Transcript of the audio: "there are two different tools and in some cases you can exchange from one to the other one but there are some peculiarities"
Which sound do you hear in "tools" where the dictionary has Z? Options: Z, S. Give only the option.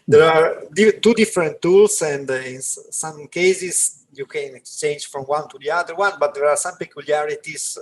S